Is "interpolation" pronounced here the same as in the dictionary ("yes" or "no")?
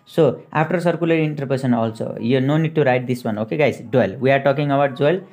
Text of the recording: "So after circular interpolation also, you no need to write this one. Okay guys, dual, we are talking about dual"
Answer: no